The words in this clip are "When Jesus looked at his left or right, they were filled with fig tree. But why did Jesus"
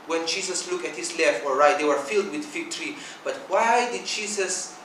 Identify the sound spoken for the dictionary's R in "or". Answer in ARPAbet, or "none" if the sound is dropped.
L